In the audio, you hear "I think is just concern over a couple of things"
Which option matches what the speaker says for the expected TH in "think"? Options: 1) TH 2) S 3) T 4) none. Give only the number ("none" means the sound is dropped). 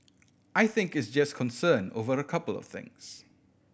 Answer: 1